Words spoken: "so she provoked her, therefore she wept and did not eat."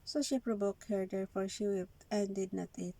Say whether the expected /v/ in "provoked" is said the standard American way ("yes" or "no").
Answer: no